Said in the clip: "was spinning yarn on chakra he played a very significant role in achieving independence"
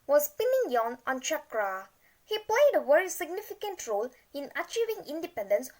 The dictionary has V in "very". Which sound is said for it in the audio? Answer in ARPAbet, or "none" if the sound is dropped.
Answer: W